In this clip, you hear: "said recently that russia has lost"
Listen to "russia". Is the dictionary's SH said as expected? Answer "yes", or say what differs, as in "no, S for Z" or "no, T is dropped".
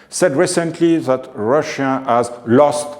yes